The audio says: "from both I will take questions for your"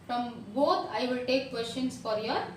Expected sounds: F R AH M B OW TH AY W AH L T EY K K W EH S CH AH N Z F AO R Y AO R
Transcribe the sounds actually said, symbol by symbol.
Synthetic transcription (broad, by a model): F R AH M B OW T AY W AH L T EY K K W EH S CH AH N S F AO R Y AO R